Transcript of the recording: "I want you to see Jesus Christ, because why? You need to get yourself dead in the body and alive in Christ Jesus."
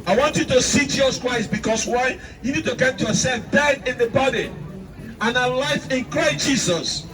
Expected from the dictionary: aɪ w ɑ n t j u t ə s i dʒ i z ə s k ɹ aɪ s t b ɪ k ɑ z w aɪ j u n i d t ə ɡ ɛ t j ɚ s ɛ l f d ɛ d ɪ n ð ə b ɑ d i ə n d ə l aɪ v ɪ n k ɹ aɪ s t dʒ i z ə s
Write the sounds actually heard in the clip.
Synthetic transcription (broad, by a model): aɪ w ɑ n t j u t ə s i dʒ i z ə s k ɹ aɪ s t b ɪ k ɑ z w aɪ j u n i d t ə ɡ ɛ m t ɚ s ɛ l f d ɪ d ɪ n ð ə b ɑ d i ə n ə l aɪ f ɪ n k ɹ aɪ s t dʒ i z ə s